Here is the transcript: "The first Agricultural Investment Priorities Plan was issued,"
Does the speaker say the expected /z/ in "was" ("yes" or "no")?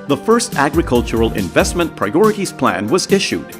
yes